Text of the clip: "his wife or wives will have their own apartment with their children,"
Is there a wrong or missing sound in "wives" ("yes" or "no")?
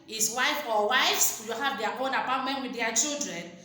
yes